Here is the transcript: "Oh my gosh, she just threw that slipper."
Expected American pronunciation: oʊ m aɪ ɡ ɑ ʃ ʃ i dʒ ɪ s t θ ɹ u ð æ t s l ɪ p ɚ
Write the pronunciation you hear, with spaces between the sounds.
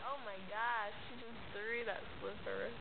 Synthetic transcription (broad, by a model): oʊ m aɪ ɡ ɑ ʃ ʃ i z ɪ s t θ ɹ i ð æ t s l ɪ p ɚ